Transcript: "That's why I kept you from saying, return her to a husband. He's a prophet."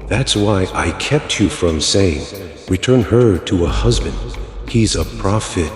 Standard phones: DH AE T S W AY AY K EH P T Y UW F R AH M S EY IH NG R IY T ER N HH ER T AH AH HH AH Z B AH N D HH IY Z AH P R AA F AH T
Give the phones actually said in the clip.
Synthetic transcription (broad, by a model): DH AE T S W AY AY K EH P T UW F R AH M S EY IH NG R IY T ER N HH ER T AH AH HH AH Z B AH N D HH IY Z AH P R AA F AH T